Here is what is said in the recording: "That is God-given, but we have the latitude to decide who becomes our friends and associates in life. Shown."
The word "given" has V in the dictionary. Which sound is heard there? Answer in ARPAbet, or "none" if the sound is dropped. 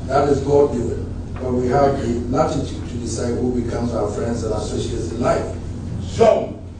none